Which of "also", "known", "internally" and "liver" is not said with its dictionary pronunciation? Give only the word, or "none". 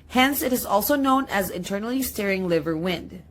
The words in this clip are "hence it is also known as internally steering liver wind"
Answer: none